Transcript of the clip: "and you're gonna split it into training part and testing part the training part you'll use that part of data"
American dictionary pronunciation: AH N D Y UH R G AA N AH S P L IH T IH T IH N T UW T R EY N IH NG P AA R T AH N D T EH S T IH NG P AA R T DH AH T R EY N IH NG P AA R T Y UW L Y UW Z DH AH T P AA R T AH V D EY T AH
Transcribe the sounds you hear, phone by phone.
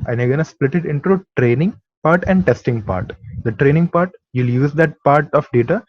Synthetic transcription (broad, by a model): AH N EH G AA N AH S P L IH T IH T IH N T UW T R EY N IH NG P AA R T AH N D T EH S T IH NG P AA R T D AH T R EY N IH NG P AA R T Y UW L Y UW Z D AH T P AA R T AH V D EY T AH